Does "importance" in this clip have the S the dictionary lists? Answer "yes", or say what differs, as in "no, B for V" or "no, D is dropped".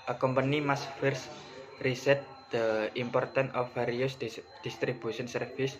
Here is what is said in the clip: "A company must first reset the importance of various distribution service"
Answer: no, S is dropped